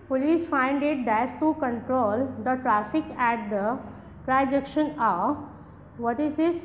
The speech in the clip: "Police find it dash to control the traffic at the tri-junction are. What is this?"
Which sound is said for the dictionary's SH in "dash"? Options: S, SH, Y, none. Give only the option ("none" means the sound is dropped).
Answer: S